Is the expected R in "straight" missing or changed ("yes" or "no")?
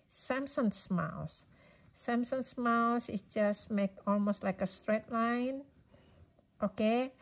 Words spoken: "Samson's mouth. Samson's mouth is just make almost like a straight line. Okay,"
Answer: no